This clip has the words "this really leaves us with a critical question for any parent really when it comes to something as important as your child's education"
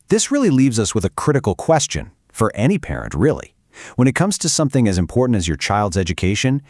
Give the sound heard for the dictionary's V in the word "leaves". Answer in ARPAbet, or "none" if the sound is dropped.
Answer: V